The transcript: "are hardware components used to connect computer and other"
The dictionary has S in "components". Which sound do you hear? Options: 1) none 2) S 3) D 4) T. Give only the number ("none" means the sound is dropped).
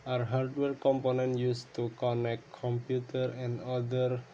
1